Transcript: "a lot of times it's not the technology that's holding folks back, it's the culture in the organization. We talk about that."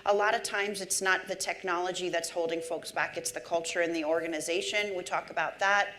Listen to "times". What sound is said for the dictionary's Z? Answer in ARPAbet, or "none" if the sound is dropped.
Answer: Z